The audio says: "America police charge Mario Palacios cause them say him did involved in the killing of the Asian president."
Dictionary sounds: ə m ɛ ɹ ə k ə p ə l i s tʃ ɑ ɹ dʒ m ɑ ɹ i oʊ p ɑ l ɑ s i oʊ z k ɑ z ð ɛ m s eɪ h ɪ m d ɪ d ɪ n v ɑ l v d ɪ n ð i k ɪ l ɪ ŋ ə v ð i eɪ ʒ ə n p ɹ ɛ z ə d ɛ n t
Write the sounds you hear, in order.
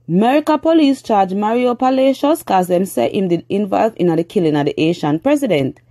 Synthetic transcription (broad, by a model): m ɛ ɹ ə k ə p ə l i s tʃ ɑ dʒ m ɑ ɹ i oʊ p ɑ l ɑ ʃ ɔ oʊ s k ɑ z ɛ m s eɪ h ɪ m d ɪ d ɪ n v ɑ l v ɪ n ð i k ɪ l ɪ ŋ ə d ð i eɪ ʃ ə n p ɹ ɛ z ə d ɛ n t